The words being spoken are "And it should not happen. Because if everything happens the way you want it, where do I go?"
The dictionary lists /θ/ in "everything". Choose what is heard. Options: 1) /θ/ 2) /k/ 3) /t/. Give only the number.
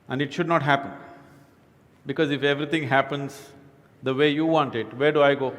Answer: 3